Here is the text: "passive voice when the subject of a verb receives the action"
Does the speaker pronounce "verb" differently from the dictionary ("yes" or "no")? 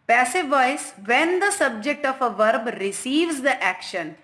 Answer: no